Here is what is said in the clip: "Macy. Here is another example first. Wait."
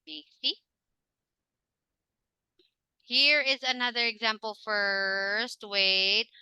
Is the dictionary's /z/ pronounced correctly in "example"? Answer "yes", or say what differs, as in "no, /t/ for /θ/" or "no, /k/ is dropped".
yes